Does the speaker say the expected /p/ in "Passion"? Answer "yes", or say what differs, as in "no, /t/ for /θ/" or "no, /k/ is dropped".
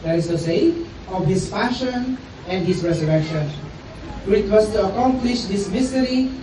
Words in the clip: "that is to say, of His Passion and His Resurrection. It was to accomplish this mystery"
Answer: no, /f/ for /p/